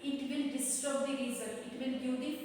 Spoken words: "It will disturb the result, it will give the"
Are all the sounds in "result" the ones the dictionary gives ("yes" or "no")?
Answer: no